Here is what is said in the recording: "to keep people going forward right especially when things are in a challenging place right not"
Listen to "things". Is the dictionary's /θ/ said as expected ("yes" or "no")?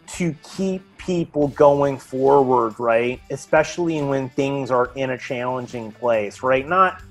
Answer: yes